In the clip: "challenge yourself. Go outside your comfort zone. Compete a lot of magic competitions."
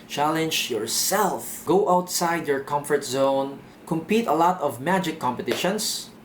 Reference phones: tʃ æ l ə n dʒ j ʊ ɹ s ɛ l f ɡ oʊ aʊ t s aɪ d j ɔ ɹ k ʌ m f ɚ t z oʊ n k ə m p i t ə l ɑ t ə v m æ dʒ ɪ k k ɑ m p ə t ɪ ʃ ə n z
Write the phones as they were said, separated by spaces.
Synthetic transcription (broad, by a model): tʃ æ l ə n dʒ j ʊ ɹ s ɛ l f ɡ oʊ aʊ t s aɪ d j ɔ ɹ k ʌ m f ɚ t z oʊ n k ə m p i t ə l ɑ t ə v m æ dʒ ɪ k k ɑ m p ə t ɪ ʃ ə n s